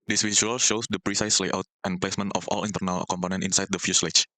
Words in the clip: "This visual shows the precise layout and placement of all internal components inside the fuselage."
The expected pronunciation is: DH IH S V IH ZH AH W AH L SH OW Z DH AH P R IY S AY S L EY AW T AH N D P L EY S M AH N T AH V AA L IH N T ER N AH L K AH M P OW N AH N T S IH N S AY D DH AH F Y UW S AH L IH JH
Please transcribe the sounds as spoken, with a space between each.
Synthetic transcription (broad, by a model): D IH S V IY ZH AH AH L SH OW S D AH P R IY S AY S L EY AW T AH N P L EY S M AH N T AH F AA L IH N T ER N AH L K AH M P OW N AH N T IH N S AY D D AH F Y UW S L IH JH